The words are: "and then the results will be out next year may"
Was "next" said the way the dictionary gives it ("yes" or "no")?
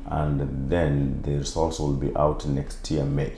yes